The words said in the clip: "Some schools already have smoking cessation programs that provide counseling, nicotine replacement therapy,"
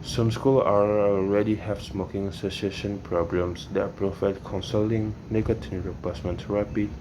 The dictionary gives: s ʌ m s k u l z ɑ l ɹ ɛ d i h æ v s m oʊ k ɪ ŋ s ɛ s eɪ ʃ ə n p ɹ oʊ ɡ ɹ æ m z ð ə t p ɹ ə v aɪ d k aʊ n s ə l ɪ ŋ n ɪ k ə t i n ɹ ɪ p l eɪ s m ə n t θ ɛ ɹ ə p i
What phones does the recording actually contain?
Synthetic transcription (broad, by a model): s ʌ m s k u l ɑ ɑ l ɹ ɛ d i h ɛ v s m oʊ k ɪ ŋ s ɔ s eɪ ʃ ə n p ɹ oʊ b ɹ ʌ m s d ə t p ɹ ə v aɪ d k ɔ n s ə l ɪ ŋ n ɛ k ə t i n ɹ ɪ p eɪ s m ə n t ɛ ɹ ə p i